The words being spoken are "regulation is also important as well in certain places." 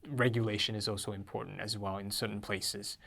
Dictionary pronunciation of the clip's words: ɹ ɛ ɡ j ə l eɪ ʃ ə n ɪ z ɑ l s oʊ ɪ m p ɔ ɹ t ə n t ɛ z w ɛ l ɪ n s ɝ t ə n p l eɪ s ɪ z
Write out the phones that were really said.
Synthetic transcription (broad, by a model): ɹ ɛ ɡ j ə l eɪ ʃ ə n ɪ z ɑ l s oʊ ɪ m p ɔ ɹ t n t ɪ z w ɛ l ɪ n s ɝ t n p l eɪ s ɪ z